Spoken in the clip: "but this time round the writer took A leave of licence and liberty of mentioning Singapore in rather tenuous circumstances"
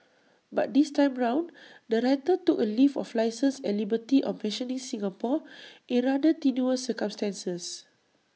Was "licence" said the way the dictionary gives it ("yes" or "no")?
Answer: no